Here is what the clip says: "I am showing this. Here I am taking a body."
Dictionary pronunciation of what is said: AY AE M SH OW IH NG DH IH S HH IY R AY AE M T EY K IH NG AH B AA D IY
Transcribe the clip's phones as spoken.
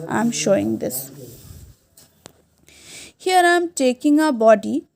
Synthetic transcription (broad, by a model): AY M SH OW IH NG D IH S HH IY R AY M T EY K IH NG AH B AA D IY